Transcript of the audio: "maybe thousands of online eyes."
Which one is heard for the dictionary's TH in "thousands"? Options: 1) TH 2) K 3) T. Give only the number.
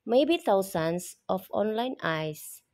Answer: 3